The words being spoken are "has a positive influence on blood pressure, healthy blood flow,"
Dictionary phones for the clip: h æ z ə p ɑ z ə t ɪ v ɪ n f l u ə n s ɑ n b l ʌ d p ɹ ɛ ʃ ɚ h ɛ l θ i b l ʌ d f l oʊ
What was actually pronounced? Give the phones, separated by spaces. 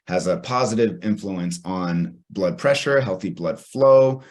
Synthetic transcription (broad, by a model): h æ z ə p ɑ z ə t ɪ v ɪ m f l u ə n s n b l ʌ d p ɹ ɛ ʃ ɚ h ɛ l θ i b l ʌ d f l oʊ